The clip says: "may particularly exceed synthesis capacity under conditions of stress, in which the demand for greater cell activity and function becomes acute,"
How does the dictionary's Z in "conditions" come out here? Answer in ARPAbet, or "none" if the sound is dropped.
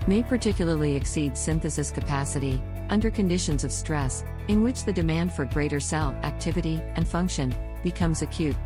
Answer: Z